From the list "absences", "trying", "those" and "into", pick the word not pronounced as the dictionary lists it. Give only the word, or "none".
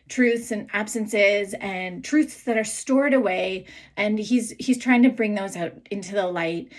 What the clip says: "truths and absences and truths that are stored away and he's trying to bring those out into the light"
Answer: none